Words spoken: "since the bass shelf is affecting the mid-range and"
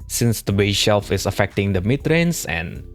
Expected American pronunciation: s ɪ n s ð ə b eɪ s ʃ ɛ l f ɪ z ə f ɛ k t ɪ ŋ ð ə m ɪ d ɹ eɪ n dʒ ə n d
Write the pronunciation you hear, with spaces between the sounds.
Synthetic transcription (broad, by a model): s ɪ n s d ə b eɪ ʃ ɛ l f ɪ s ə f ɛ k t ɪ ŋ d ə m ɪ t ɹ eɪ n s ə n